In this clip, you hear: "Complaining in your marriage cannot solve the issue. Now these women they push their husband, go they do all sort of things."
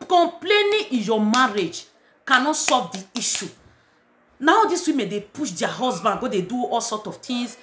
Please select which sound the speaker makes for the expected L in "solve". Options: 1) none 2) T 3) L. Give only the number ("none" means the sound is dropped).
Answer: 1